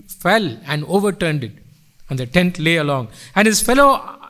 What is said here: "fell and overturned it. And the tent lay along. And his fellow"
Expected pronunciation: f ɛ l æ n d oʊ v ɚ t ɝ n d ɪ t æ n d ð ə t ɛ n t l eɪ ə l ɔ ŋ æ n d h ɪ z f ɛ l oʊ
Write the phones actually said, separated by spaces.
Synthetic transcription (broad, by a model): f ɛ l æ n d oʊ v ɚ t ɝ n d ɪ t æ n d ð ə t ɛ n t l eɪ ə l ɔ ŋ æ n d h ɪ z f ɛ l oʊ